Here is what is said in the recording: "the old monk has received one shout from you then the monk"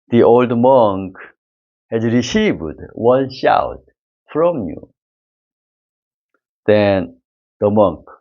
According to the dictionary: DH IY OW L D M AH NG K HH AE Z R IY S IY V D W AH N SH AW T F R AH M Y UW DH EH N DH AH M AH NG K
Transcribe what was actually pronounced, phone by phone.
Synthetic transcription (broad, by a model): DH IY OW L D M AH NG K HH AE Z R IY S IY V D W AH N SH AW T F R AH M Y UW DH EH N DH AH M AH NG K